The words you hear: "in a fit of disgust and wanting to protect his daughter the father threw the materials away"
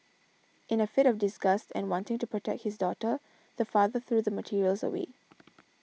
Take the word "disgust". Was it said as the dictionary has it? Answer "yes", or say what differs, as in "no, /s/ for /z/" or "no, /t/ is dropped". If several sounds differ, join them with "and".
yes